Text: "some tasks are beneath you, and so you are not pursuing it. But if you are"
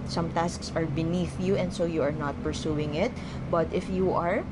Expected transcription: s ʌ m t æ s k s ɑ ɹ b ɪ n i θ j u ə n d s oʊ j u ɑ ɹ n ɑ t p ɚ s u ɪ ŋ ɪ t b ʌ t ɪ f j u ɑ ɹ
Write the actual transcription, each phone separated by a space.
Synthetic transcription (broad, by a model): s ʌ m t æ s k s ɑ ɹ b ɪ n i θ j u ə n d s oʊ j u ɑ ɹ n ɑ t p ɚ s u ɪ ŋ ɪ t b ʌ t ɪ f j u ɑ ɹ